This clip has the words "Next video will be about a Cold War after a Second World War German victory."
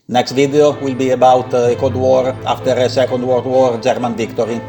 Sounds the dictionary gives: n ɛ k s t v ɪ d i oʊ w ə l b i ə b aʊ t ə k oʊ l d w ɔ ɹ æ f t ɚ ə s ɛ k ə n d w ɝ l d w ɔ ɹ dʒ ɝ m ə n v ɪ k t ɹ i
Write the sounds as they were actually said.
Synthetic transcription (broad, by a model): n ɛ k s t v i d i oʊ w ə l b i ə b aʊ t ə k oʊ d w ɔ ɹ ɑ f t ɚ ə s ɛ k ə n d w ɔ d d w ɔ ɹ dʒ ɝ m ə n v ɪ k t ɹ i